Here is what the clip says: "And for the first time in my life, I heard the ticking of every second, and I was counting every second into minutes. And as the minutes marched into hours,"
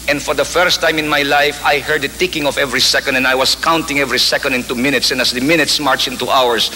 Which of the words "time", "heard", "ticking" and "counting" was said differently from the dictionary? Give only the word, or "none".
none